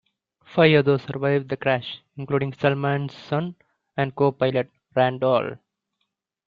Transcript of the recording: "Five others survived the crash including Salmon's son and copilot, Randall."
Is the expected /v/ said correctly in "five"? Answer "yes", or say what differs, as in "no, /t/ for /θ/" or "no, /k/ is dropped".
no, /v/ is dropped